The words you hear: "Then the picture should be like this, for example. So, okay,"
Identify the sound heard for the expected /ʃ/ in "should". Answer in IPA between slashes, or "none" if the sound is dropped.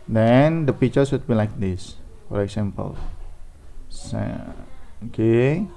/s/